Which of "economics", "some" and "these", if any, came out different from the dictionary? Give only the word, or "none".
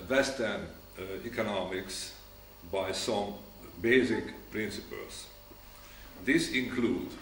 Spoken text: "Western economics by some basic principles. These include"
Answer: these